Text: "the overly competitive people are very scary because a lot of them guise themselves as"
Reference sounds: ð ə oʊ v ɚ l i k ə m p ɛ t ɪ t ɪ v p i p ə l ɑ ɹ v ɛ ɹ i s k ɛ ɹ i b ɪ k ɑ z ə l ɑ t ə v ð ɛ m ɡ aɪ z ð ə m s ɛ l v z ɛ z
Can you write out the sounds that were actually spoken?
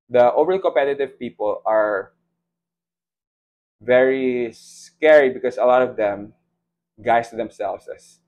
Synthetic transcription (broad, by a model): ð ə oʊ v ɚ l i k ə m p ɛ t ɪ t ɪ v p i p ə l ɑ ɹ v ɛ ɹ i s k ɛ ɹ i b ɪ k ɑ s ə l ɑ t ə v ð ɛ m ɡ aɪ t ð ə m s ɛ l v s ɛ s